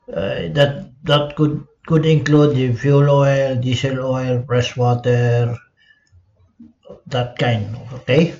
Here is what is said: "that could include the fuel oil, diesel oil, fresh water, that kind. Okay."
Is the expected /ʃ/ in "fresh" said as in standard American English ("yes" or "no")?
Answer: no